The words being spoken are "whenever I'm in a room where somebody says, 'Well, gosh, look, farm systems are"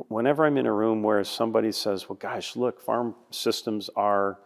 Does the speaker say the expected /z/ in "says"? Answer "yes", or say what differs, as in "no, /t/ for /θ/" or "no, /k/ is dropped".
yes